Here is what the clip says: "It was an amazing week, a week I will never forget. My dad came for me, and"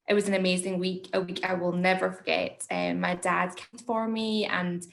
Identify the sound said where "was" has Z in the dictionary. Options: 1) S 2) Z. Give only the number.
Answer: 2